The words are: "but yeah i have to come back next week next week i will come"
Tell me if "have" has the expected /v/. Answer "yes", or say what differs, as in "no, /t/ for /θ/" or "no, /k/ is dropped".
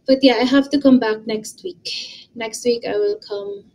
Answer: no, /f/ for /v/